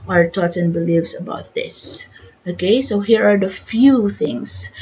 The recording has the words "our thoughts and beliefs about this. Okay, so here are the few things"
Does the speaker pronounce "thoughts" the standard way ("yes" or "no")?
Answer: no